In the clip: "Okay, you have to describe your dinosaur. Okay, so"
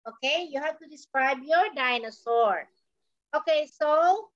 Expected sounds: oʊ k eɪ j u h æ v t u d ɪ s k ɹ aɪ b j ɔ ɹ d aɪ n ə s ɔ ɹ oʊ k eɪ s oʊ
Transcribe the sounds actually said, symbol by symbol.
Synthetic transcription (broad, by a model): oʊ k eɪ j u h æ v t u d ɪ s k ɹ aɪ b j ɔ ɹ d aɪ n ə s ɔ ɹ oʊ k eɪ s oʊ